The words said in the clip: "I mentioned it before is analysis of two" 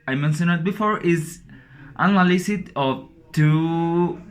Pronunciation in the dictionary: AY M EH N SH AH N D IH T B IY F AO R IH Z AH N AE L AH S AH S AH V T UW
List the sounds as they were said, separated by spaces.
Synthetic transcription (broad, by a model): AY M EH N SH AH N IH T B IY F AO R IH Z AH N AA L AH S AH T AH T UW